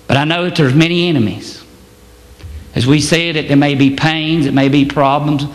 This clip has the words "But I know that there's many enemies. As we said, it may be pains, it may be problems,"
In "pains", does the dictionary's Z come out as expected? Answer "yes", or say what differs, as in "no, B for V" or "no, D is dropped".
yes